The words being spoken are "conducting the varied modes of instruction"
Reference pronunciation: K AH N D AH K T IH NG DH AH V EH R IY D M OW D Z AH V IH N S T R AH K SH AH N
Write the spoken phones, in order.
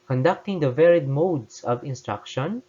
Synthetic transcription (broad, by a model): K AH N D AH K T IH NG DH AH V EH R IY D M OW D S AH V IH N S T R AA K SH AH N